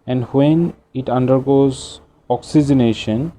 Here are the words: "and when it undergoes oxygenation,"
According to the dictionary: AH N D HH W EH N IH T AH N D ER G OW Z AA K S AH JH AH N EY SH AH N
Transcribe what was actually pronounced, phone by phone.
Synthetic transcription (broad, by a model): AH N D HH W EH N IH T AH N D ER G OW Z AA K S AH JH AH N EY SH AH N